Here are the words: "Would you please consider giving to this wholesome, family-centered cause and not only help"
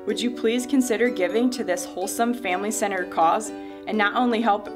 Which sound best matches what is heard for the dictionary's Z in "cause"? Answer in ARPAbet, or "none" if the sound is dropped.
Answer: Z